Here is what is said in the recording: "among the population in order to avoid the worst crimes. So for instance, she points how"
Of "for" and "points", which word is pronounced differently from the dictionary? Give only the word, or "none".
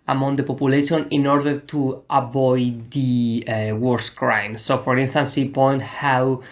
points